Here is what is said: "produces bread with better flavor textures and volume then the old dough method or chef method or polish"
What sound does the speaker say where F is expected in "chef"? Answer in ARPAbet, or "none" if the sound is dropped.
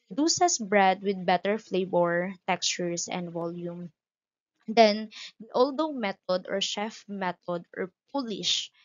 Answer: F